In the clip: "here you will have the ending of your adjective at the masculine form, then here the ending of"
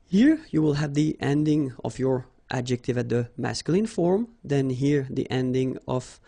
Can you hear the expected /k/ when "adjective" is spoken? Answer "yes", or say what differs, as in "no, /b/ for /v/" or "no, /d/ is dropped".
yes